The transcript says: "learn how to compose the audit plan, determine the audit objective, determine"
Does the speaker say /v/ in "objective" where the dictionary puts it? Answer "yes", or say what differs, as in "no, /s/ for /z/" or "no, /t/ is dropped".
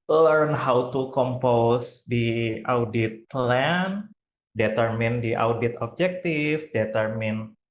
no, /f/ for /v/